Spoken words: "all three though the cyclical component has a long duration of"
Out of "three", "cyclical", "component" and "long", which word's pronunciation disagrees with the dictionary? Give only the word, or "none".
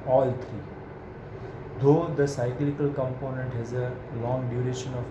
three